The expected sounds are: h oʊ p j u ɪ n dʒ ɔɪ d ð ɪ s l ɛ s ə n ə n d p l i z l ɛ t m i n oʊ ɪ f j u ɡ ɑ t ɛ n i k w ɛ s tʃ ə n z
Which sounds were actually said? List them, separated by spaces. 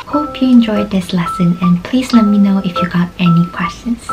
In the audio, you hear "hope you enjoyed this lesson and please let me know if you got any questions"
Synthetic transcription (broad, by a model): h oʊ p j u ɪ n dʒ ɔɪ d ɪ s l ɛ s ə n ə n p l i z l ɛ t m i n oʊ ɪ f j u ɡ ɑ t ɛ n i k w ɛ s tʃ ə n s